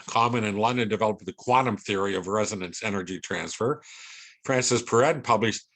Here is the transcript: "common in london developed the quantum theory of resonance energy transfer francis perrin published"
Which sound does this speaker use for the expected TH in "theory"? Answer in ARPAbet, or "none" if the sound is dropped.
TH